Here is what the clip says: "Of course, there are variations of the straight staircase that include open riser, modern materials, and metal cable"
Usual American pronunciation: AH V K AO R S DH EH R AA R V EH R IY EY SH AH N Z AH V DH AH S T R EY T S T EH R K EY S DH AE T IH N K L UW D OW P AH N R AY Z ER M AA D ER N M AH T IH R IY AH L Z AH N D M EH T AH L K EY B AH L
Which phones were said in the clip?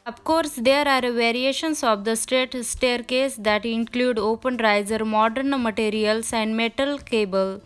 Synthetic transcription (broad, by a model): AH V K AO R S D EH R AA R V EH R IY EY SH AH N S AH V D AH S T EY T S T EH R K EY S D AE T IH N K L UW D OW P AH N R AY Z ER M AA D ER N M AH T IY R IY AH L S AH N D M EH T AH L K EY B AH L